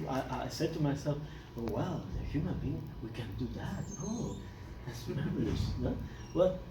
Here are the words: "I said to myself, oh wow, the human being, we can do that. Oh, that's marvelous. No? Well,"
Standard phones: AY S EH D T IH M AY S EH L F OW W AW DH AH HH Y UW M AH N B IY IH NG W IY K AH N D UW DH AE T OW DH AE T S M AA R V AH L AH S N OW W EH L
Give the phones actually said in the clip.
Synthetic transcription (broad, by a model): AY S EH D T IH M AY S EH L F OW W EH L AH HH Y UW M AH N B IY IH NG W IY K AH N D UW DH AE T OW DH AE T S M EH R AH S N OW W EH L